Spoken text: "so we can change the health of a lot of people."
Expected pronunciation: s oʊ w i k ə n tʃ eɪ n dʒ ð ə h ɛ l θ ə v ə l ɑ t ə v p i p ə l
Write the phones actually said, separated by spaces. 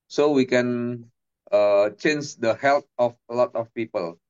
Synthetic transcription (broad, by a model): s oʊ w i k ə n tʃ eɪ n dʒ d ə h ɛ l t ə f ə l ɑ t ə f p i p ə l